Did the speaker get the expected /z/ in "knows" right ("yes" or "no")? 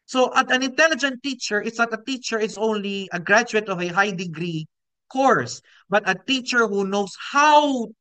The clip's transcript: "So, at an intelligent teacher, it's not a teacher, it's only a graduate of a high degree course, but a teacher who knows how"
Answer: no